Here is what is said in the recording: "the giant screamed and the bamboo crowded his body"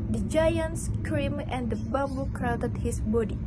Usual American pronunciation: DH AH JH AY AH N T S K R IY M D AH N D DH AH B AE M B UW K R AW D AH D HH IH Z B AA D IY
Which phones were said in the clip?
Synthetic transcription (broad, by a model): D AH JH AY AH N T S K R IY M AH N D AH B AE M B UW K R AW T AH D HH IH S B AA D IY